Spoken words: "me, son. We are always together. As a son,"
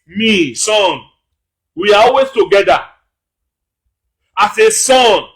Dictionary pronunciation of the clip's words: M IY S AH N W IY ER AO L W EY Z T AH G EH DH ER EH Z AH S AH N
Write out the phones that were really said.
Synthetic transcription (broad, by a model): M IY S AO N W IY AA AO L W EY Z T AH G EH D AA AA S AH S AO N